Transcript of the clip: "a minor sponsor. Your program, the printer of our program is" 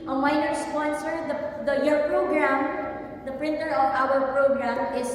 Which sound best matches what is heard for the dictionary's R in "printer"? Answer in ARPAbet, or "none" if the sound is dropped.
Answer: R